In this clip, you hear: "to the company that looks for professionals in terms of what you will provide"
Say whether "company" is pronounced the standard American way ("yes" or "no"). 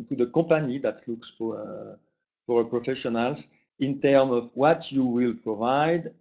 no